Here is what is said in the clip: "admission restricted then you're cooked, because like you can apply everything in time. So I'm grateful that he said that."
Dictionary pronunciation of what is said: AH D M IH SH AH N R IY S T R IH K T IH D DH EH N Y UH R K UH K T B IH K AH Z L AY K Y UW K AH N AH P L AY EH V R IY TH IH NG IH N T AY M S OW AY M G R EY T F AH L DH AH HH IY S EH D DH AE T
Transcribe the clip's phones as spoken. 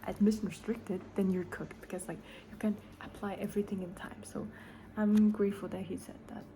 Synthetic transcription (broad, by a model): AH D M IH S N R IY S T R IH K T IH D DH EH N Y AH R K UH K T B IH K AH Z L AY K Y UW K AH N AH P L AY EH V R IY TH IH NG IH N T AY M S OW AY M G R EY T F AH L DH AH HH IY S EH D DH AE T